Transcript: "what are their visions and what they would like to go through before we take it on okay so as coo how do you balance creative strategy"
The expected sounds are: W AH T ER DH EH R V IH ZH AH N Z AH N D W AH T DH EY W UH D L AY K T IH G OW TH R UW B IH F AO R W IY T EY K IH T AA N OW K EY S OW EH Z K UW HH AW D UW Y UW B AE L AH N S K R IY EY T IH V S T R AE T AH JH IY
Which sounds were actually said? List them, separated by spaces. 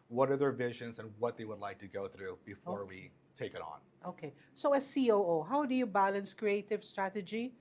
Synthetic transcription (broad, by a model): W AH T ER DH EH R V IH ZH AH N Z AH N W AH T DH EY W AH D L AY K T IH G OW TH R UW B IH F AO R W IY T EY K IH T N OW K EY S OW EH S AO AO HH AW D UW Y UW B AE L AH N S K R IY EY T IH V S T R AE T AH JH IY